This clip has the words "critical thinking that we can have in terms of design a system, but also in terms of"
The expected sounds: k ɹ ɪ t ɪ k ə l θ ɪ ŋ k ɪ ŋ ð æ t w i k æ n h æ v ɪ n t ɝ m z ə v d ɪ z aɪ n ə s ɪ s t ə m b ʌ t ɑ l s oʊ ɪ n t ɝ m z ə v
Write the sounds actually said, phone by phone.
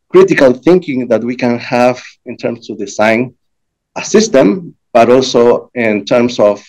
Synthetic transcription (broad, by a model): k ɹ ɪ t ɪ k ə l θ ɪ ŋ k ɪ ŋ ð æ t w i k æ n h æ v ɪ n t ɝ m s ə v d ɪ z aɪ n ə s ɪ s t ə m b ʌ t ɑ l s oʊ ɪ n t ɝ m s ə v